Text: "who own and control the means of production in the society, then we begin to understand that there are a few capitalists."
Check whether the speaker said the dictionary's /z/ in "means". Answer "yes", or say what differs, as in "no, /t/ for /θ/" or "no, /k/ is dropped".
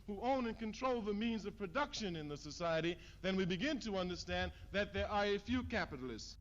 yes